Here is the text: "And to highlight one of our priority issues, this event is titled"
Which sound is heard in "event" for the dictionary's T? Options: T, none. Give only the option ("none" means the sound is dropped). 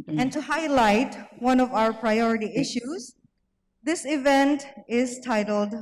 T